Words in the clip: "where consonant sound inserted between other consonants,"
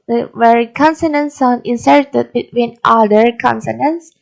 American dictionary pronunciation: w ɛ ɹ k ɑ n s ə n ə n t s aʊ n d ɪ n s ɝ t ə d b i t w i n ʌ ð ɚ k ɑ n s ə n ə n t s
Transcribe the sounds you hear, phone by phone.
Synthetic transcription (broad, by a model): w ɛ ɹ k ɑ n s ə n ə n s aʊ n ɪ n s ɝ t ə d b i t w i n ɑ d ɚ k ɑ n s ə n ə n s